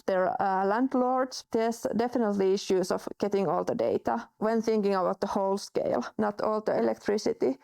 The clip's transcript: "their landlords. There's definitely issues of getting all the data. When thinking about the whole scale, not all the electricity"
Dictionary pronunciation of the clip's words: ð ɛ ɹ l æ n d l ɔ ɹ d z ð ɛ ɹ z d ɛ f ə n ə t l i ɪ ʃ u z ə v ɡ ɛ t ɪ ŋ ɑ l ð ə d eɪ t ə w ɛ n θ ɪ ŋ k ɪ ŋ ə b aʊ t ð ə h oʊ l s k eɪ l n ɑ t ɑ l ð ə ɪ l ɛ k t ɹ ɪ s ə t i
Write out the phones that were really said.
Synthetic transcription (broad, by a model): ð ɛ ɹ l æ n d l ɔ ɹ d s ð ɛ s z d ɛ f ə n ə t l i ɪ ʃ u s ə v ɡ ɛ t ɪ ŋ ɑ l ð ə d eɪ t ə w ɛ n θ ɪ ŋ k ɪ ŋ ə b aʊ t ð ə h oʊ l s k eɪ l n ɑ t ɑ l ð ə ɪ l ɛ k t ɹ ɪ s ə t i